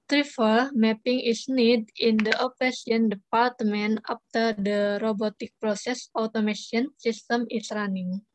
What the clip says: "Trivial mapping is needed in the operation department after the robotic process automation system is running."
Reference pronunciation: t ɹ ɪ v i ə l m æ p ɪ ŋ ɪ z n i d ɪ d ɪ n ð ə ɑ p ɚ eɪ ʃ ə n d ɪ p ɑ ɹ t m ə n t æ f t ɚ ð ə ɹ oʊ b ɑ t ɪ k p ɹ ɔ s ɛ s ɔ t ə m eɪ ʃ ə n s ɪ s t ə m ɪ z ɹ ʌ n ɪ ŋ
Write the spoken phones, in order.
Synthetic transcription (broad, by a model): t ɹ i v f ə l m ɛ p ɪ ŋ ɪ s n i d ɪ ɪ n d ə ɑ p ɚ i ə n d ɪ p ɑ ɹ t m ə n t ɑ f t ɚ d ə ɹ oʊ b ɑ t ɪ k p ɹ ɔ s ɛ s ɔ t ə m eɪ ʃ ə n s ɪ s t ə m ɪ s ɹ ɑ n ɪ ŋ